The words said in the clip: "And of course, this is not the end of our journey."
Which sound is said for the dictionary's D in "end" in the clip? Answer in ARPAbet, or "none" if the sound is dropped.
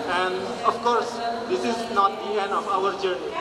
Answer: none